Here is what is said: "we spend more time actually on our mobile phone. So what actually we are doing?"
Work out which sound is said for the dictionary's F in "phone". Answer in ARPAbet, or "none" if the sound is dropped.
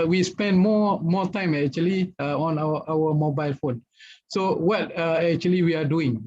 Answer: F